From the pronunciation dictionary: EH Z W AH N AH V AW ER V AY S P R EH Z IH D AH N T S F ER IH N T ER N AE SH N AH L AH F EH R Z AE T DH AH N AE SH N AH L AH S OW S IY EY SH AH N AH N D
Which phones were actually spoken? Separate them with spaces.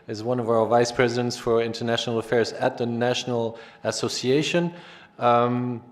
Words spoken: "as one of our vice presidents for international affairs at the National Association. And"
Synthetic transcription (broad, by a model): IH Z W AH N AH V AW ER V AY S P R EH Z IH D AH N T S F ER IH N T ER N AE SH N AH L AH F EH R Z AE T DH AH N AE SH N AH L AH S OW S IY EY AH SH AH N